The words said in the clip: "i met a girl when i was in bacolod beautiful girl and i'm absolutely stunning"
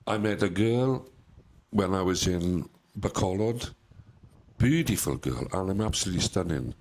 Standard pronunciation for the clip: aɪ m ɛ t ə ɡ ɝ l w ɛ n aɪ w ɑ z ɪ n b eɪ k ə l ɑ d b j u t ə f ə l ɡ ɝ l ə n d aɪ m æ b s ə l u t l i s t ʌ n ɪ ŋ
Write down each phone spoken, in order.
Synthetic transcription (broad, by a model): aɪ m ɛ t ə ɡ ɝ l w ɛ n aɪ w ɑ z ɪ n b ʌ k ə l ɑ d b j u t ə f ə l ɡ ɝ l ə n aɪ m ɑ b s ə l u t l i s t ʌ n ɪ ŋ